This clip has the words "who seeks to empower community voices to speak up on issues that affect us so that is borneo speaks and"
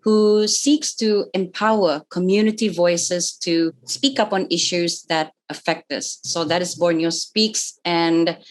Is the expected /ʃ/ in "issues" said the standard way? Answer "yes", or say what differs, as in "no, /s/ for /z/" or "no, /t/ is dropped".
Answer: yes